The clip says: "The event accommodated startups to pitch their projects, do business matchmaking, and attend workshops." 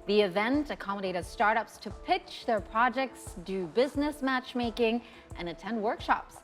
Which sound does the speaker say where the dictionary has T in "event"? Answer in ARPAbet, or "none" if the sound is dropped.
T